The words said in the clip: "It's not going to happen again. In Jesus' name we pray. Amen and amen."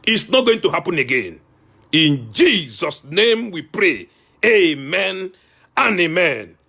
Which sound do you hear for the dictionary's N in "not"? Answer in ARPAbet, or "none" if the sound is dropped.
N